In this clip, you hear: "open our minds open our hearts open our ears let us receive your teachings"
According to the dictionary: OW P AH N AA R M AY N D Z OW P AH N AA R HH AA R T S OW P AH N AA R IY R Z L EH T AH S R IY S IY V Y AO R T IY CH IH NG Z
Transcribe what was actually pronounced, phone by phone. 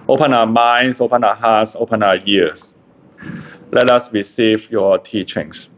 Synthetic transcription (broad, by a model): OW P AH N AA M AY N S OW P AH N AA HH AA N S OW P AH N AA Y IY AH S L EH T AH S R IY S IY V Y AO T IY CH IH NG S